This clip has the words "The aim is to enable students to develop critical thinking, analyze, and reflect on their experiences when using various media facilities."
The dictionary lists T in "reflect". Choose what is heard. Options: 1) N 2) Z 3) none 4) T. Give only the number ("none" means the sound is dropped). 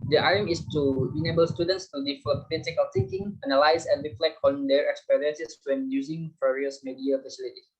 3